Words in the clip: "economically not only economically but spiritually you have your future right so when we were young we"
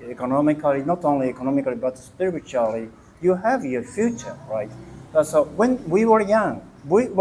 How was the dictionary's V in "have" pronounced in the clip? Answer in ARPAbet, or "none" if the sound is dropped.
V